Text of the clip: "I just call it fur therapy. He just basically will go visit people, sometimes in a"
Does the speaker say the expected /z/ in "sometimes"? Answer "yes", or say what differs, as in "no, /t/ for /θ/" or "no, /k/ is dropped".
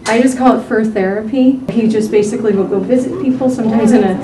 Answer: yes